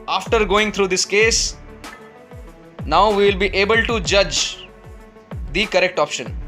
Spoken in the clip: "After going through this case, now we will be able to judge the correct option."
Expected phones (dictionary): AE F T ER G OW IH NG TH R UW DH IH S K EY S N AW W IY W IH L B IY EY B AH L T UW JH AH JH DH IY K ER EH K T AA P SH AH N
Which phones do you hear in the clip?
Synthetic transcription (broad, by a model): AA F T ER G OW IH NG T R UW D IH S K EY S N AW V IY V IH L B IY EY B AH L T UW JH AH JH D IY K ER EH K T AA P SH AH N